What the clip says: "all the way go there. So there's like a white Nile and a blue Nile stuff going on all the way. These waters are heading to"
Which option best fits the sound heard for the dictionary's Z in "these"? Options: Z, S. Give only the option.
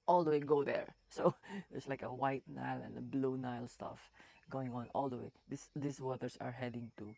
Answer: S